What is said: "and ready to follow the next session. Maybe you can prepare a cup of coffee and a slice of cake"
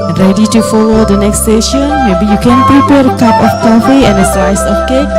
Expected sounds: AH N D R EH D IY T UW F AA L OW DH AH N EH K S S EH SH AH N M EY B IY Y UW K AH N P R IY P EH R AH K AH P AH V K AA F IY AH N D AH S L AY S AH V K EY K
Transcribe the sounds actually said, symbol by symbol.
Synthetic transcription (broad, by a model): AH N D R EH D IY T UW F AA L OW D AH N EH K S S EH SH AH N M EY B IY Y UW K AH N P R IY P EH R AH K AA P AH F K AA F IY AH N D AH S AY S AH F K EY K